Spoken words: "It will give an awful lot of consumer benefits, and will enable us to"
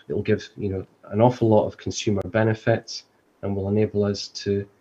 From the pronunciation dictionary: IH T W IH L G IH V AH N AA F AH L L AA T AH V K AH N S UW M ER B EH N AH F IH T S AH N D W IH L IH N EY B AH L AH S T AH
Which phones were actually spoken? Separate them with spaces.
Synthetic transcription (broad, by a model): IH T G IH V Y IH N AH N AA F AH L L AA T AH V K AH N S UW M ER B EH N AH F IH T S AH N W IH L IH N EY B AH L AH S T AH